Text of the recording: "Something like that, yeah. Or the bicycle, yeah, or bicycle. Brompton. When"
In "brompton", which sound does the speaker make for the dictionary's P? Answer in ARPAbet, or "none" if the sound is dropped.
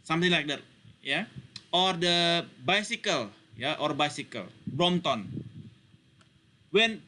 none